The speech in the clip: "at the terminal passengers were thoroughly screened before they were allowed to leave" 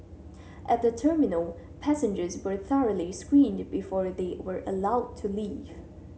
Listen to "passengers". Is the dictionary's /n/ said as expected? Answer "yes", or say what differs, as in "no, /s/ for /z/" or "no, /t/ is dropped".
yes